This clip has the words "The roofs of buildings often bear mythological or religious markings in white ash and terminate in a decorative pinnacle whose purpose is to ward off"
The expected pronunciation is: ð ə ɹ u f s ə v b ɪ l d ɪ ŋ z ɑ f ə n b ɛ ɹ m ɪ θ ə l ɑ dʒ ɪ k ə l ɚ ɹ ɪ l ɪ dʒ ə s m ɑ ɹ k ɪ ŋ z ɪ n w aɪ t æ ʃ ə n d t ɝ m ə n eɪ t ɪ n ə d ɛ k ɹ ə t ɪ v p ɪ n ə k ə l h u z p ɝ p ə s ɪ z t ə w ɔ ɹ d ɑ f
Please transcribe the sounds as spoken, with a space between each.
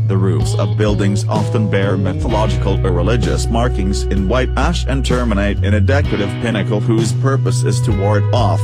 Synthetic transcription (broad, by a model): ð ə ɹ u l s ə v b ɪ l d ɪ ŋ z ɑ f ə n b ɛ ɹ m ɪ θ ə l ɑ dʒ ɪ k ə l ɚ ɹ ɪ l ɪ dʒ ə s m ɑ ɹ k ɪ ŋ z ɪ n w aɪ t æ ʃ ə n t ɝ m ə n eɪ t ɪ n ə d ɛ k ɹ ə t ɪ v p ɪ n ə k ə l h u z p ɝ p ə s ɪ z t ə w ɔ ɹ d ɑ f